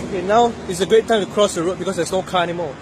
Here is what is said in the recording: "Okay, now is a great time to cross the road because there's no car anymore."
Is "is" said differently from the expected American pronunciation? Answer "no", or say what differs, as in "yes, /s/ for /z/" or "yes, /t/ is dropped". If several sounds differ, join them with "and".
yes, /s/ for /z/